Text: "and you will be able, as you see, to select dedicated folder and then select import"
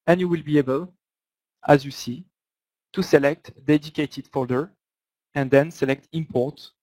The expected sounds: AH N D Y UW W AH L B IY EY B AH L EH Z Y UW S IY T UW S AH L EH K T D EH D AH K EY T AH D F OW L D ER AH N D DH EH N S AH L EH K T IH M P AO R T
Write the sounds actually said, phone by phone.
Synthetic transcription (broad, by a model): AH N Y UW W AH L B IY EY B AH L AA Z Y UW S IY T UW S AH L EH K T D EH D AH K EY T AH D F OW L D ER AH N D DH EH N S AH L EH K T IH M P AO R T